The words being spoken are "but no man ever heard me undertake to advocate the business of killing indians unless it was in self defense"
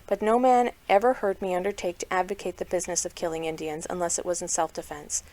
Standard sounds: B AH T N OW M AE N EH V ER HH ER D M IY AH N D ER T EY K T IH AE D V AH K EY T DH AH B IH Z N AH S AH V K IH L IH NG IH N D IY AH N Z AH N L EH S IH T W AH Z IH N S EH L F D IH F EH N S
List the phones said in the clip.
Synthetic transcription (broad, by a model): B AH T N OW M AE N EH V ER HH ER D M IY AH N D ER T EY K T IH AE D V AH K EY T DH AH B IH Z N AH S AH V K IH L IH NG IH N D IY AH N Z AH N L EH S IH T W AH Z N S EH L F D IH F EH N S